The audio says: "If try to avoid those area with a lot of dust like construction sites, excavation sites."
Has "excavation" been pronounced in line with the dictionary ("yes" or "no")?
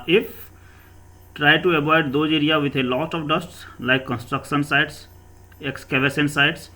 no